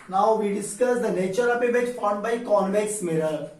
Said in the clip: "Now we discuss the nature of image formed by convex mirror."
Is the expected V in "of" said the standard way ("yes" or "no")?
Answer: no